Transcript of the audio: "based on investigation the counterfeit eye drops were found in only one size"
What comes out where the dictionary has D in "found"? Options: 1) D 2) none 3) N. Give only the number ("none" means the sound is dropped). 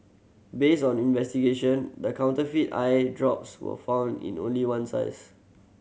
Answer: 1